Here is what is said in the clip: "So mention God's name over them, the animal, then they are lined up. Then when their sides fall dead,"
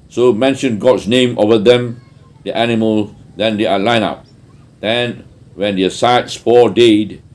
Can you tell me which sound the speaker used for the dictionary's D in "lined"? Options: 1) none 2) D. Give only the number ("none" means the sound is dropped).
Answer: 1